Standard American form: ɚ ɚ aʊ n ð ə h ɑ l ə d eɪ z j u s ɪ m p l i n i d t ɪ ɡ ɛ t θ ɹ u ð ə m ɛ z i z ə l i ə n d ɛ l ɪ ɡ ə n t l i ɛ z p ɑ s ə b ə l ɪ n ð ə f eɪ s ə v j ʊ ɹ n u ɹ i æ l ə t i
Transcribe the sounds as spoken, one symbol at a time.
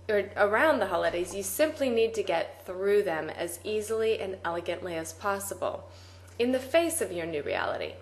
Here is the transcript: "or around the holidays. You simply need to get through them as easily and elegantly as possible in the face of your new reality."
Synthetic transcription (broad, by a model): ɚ ɚ aʊ n ð ə h ɑ l ə d eɪ z j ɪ s ɪ m p l i n i d t ɪ ɡ ɛ t θ ɹ u ð ə m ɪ z i z l i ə n ɛ l ɪ ɡ ə n t l i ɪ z p ɑ s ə b l ɪ n ð ə f eɪ s ə v j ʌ ɹ n u ɹ i æ l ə t i